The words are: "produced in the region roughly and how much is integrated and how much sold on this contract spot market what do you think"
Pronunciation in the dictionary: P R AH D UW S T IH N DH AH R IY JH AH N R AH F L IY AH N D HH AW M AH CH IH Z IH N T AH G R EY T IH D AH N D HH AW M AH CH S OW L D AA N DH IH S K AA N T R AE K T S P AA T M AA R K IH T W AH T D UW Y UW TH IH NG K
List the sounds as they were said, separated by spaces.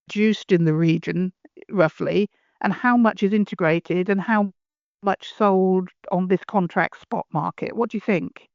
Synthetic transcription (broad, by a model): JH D UW S T IH N DH AH R IY JH AH N R AH F L IY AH N HH AW M AH CH IH Z IH N T AH G R EY T IH D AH N HH AW M AH CH S OW L D N DH IH S K AA N T R AE K T S P AA T M AA R K IH T W AH T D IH Y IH TH IH NG K